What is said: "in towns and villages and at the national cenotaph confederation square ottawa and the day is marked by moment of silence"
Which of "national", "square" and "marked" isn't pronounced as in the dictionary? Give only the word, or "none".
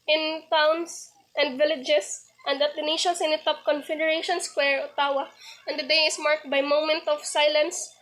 national